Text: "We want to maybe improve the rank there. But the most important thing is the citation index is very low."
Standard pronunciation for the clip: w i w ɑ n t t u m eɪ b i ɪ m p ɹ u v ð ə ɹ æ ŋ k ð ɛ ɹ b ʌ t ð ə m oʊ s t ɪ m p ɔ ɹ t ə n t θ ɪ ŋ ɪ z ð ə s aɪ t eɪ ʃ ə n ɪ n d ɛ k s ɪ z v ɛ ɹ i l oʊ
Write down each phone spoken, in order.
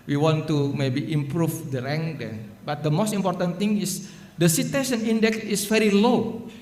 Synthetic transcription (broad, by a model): w i w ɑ n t t u m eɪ b i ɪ m p ɹ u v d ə ɹ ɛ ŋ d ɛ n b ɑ t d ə m oʊ s t ɪ m p ɔ ɹ t ə n t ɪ ŋ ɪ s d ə s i t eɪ s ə n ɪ n d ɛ k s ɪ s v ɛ ɹ i l oʊ